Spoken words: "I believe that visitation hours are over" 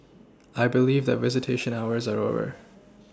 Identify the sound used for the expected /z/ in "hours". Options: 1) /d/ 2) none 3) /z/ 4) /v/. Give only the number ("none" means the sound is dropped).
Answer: 3